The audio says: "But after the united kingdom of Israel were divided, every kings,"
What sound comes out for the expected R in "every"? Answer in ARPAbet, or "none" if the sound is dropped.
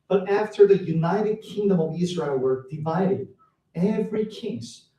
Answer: R